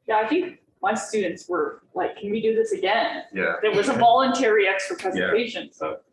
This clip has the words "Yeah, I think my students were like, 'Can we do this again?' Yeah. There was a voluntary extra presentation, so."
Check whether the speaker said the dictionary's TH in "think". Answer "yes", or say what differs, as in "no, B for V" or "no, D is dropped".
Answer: yes